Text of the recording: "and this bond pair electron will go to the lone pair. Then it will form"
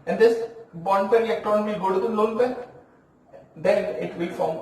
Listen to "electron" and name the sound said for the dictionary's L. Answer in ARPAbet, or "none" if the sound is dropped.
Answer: none